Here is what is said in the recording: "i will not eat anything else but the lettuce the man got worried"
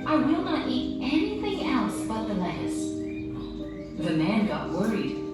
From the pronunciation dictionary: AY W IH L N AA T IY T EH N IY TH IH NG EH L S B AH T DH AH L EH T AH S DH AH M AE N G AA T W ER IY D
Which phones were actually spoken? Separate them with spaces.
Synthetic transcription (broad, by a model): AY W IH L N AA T IY T EH N IY TH IH NG EH L S B AH T DH AH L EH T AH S DH AH M AE N G AA T W ER IY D